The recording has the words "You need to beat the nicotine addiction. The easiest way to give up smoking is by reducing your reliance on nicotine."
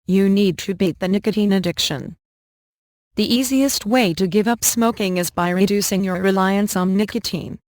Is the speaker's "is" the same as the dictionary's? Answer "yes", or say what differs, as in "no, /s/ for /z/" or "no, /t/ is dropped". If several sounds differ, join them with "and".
yes